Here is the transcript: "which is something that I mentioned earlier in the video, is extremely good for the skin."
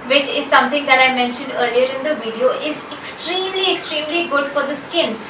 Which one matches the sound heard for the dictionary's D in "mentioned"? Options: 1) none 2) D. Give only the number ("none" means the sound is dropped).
2